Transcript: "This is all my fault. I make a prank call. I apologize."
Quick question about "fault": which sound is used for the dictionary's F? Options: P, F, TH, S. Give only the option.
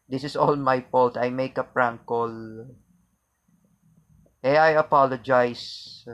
P